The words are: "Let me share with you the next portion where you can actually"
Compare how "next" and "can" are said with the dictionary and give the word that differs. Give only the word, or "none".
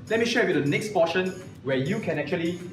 none